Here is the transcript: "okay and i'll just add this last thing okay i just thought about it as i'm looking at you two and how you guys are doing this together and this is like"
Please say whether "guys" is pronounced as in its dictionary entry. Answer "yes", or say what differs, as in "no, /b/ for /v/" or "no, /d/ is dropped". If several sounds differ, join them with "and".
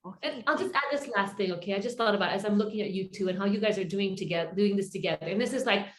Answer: yes